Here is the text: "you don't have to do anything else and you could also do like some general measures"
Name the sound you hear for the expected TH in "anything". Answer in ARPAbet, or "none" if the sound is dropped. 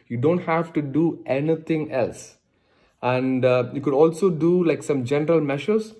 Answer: T